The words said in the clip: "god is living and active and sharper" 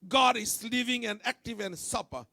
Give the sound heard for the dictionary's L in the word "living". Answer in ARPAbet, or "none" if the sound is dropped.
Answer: L